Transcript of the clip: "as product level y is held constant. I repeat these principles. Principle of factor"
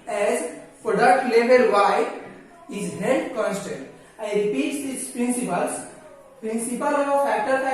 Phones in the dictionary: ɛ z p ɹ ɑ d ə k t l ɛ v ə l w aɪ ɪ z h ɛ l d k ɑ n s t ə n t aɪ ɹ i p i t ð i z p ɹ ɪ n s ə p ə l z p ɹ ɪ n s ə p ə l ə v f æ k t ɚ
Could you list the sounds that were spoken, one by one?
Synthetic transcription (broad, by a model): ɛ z f ɹ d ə t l ɛ b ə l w aɪ ɪ z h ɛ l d k ɑ n s t ə n t aɪ ɹ i p i t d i s p ɹ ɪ n s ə p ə l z p ɹ ɪ n s ə p ə l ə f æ k t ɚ